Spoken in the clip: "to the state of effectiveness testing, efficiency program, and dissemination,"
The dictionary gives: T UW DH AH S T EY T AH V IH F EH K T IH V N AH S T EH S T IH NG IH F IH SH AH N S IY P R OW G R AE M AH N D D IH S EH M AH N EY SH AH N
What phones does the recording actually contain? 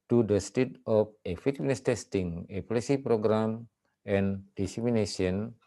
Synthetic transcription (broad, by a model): T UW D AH S T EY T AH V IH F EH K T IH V N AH S T EH S T IH NG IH P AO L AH S IY P R OW G R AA M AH N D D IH S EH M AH N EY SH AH N